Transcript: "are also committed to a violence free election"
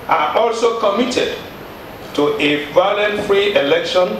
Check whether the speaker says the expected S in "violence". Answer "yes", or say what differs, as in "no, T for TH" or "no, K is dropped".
no, S is dropped